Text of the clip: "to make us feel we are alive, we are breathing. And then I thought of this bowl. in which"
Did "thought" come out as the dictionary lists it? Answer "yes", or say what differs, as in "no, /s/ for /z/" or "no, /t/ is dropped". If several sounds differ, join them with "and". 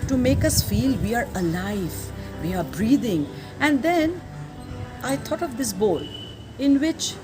no, /t/ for /θ/